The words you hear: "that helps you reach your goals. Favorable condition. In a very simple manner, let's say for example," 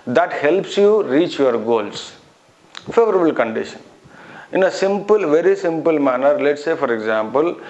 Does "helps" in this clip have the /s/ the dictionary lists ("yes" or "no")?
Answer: yes